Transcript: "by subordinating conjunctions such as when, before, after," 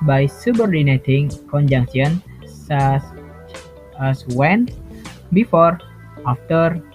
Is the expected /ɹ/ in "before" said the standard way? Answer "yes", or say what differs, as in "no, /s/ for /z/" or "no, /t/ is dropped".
yes